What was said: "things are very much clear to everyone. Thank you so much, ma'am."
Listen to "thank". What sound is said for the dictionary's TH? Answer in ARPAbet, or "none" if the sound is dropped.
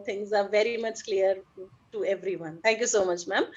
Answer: T